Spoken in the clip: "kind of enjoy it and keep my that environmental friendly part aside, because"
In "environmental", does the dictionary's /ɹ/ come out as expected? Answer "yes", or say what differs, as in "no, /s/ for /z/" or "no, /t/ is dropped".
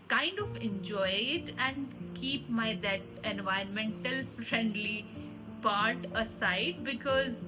no, /ɹ/ is dropped